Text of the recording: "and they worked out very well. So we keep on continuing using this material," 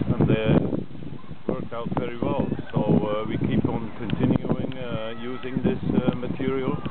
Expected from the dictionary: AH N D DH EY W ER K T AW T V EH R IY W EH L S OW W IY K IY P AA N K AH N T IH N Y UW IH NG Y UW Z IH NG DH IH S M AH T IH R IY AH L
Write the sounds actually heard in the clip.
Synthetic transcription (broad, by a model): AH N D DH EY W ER K AW T V EH R IY W EH L S OW W IY K IY P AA N K AH N T IH N Y UW IH NG Y UW Z IH NG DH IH S M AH T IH R IY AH L